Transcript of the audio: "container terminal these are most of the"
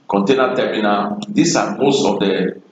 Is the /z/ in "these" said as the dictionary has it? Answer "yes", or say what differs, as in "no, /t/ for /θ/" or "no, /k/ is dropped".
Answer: no, /s/ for /z/